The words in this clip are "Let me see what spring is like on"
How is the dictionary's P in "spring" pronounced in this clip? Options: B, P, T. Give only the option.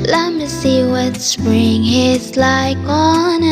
B